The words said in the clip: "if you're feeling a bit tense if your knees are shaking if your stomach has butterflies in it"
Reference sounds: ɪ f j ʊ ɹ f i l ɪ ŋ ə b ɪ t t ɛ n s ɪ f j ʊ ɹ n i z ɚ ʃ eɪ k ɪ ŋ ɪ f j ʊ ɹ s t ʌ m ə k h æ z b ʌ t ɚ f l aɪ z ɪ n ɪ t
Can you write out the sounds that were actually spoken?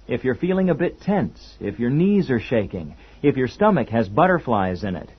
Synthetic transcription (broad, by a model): ɪ f j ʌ ɹ f i l ɪ ŋ ə b ɪ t t ɛ n s ɪ f j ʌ ɹ n i z ɚ ʃ eɪ k ɪ ŋ ɪ f j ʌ ɹ s t ʌ m ə k h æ z b ʌ t ɚ f l aɪ z ɪ n ɪ t